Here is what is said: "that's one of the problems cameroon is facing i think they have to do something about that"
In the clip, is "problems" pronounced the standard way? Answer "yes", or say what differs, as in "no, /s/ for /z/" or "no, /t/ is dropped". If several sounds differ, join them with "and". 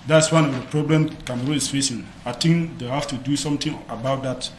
no, /z/ is dropped